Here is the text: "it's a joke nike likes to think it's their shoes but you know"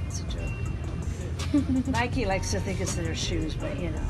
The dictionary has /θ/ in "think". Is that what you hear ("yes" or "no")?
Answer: yes